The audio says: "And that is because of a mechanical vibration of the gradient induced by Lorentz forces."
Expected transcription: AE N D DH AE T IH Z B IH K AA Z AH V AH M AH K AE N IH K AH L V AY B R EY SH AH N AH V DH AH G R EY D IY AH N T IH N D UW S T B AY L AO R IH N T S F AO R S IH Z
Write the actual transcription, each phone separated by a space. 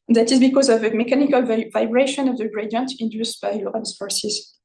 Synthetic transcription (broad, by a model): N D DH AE T IH Z B IH K AA Z AH V AH M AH K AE N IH K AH L V AY B R EY SH AH N AH V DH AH G R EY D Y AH N T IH N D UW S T B AY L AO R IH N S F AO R S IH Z